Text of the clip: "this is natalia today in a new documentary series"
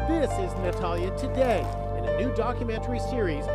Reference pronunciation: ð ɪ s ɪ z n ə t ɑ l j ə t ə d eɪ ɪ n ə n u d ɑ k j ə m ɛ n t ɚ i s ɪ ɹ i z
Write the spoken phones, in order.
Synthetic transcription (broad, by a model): ð ɪ s ɪ z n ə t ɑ l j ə t ə d eɪ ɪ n ə n u d ɑ k j ə m ɛ n t ɚ i s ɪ ɹ i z